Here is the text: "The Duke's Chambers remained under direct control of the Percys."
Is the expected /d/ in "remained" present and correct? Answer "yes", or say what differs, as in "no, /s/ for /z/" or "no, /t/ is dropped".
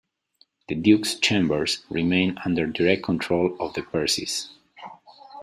no, /d/ is dropped